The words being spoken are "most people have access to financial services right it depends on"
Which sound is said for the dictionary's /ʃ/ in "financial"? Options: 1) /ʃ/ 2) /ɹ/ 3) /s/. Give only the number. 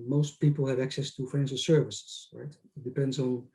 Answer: 3